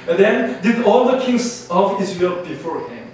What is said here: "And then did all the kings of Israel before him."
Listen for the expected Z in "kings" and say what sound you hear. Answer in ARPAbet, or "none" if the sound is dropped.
S